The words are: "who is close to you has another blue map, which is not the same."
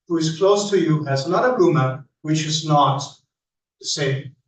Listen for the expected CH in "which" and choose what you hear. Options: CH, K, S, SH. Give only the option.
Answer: CH